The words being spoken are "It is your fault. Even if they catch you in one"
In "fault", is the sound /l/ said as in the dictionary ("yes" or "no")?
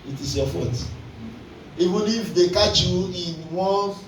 no